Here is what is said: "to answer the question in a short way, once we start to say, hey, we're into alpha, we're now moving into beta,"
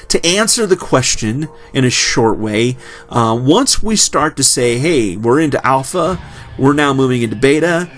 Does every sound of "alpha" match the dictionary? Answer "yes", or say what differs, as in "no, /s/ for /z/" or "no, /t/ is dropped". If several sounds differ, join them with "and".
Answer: yes